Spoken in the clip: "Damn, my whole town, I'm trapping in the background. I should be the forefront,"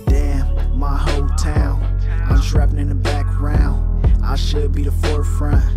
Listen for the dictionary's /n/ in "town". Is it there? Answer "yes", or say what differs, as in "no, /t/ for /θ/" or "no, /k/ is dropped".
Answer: no, /l/ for /n/